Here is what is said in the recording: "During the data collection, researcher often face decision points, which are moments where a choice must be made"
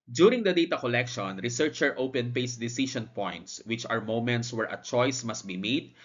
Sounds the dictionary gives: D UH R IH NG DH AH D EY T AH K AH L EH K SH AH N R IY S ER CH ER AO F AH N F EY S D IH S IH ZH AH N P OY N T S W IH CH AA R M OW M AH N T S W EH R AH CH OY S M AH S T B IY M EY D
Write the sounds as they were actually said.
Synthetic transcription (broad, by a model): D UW R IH NG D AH D EY T AH K AH L EH K SH AH N R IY S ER CH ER AO P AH N P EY S D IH S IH SH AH N P OY N T S W IH CH AA R M OW M AH N T S W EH R AH CH OY S M AH S T B IY M EY D